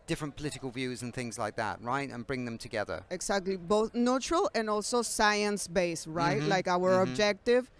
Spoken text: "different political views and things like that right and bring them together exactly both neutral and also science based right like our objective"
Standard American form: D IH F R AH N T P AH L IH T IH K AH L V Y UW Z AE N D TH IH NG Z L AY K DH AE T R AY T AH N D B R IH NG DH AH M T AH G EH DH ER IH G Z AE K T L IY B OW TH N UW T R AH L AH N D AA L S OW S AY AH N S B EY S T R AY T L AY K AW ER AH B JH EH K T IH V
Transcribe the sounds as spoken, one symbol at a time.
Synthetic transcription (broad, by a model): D IH F R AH N P AH L IH T IH K AH L V Y UW Z N TH IH NG Z L AY K DH AE T R AY T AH N B R IH NG DH AH M T AH G EH DH ER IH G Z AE K T L IY B OW TH N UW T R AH L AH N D AA L S OW S AY AH N S B EY S R AY T L AY K AW ER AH B JH EH K T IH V